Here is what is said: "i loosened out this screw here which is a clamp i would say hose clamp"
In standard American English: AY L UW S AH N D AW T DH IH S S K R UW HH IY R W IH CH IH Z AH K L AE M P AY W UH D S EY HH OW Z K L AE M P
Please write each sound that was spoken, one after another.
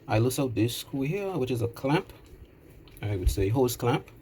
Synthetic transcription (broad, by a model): AY L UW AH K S AW T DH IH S S K UW HH IY R W IH CH IH Z AH K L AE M P AY W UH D S EY HH OW S K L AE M P